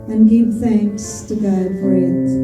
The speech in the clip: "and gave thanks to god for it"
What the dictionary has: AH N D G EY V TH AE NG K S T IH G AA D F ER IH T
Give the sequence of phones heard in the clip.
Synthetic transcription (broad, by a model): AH N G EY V TH AE NG K S T IH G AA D F ER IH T